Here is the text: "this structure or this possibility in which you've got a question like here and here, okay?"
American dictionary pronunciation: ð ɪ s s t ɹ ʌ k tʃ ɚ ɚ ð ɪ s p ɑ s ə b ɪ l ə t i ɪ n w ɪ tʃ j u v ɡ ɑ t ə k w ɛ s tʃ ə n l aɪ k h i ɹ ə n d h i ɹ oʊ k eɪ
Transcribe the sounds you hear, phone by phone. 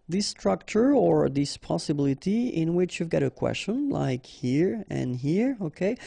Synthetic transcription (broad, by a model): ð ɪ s s t ɹ ʌ k tʃ ɚ ɚ ð ɪ s p ɑ s ə b ɪ l ə t i ɪ n w ɪ tʃ j u v ɡ ɑ t ə k w ɛ s tʃ ə n l aɪ k h i ɹ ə n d h i ɹ oʊ k eɪ